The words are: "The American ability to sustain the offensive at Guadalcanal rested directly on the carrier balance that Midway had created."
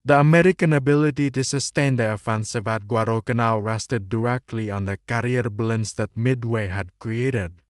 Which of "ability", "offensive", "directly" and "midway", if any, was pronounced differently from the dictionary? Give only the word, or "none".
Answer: none